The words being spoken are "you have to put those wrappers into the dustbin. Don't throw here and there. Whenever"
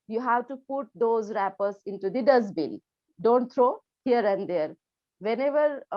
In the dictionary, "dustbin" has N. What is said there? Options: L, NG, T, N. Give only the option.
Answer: L